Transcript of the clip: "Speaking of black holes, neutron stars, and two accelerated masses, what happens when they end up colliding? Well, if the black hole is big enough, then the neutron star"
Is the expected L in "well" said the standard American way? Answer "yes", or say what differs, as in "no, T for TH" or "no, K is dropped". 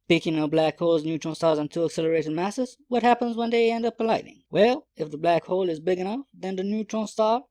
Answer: yes